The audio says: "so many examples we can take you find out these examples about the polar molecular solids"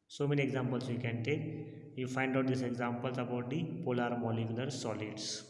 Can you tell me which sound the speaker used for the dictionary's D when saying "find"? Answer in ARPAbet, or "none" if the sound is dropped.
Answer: D